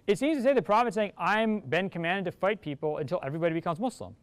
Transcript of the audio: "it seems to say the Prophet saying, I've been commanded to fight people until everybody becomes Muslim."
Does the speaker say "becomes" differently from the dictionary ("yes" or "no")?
no